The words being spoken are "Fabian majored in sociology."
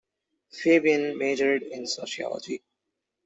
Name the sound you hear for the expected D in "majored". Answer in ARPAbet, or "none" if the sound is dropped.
D